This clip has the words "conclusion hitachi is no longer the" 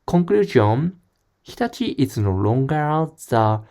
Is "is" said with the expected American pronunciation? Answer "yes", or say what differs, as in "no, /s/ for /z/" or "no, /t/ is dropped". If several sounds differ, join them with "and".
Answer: no, /s/ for /z/